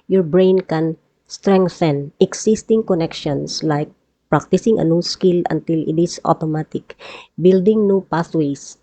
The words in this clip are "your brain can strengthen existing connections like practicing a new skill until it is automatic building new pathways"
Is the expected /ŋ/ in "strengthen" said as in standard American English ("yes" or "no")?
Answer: yes